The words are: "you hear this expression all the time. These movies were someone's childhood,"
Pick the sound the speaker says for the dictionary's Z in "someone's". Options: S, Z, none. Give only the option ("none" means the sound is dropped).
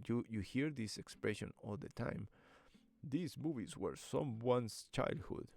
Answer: S